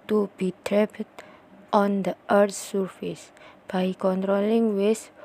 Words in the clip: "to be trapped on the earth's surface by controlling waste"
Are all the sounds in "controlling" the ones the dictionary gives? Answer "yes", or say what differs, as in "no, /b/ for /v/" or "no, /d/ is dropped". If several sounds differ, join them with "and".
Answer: yes